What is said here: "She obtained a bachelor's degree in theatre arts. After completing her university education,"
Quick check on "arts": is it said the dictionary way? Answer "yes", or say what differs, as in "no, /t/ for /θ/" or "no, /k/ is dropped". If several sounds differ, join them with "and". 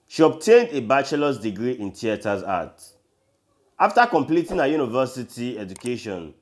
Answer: no, /s/ is dropped